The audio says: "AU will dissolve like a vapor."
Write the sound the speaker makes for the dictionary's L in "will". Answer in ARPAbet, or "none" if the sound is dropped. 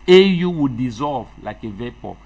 W